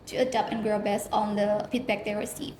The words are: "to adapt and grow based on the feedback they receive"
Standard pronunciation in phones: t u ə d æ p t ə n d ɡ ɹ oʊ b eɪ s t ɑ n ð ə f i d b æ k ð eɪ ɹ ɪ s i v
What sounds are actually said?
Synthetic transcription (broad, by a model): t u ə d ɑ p ə n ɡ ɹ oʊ b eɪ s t ɑ n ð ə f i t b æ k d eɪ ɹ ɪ s i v